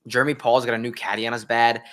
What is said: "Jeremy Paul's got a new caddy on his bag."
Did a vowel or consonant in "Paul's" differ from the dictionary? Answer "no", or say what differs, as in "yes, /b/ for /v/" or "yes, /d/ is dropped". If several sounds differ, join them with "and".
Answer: no